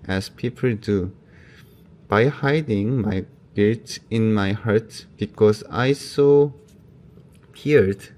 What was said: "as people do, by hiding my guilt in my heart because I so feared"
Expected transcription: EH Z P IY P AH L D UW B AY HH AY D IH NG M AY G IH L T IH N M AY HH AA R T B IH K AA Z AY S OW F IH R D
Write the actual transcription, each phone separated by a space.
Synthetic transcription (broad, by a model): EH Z P IY P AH L D UW B AY HH AY D IH NG M AY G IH T IH N M AY HH AA R T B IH K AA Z AY S OW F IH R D